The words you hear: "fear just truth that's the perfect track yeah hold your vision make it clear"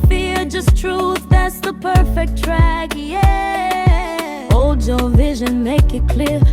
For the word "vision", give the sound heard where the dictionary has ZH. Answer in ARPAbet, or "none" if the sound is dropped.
ZH